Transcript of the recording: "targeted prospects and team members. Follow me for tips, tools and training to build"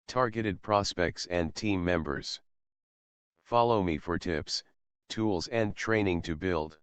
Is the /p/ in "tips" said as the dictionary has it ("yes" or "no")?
yes